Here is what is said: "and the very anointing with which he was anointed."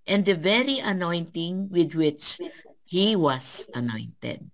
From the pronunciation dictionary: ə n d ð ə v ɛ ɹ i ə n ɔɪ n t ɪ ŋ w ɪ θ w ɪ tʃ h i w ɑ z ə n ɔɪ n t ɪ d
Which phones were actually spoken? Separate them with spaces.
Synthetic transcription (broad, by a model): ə n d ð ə v ɛ ɹ i ə n ɔɪ n t ɪ ŋ w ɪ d w ɪ tʃ h i w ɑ s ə n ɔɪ n t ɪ d